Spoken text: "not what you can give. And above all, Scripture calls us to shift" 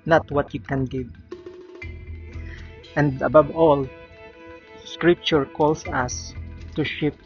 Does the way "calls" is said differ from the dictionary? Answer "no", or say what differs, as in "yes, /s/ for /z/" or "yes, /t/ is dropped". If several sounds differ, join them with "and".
yes, /s/ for /z/